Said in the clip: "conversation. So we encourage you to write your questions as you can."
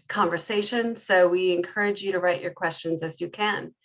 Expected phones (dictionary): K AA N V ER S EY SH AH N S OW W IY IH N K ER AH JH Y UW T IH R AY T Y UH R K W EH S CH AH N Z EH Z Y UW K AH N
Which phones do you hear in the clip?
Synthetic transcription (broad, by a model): K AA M V ER S EY SH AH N S OW W IY IH N K ER AH JH Y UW T IH R AY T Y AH R K W EH S CH AH N Z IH Z Y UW K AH N